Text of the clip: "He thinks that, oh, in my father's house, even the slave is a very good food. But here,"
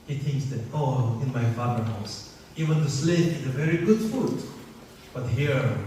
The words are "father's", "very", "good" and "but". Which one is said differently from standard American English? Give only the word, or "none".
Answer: father's